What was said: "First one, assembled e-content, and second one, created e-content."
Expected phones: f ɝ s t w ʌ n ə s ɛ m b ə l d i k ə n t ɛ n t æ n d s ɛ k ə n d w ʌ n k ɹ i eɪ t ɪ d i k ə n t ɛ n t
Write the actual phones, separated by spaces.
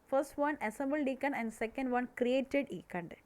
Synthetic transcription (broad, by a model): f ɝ s t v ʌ n ə s ɛ m b ə l d i k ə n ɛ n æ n d s ɛ k ə n d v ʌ n k ɹ i eɪ t ɪ d i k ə n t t